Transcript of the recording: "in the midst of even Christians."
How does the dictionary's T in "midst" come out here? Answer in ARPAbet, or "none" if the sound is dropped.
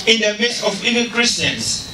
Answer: none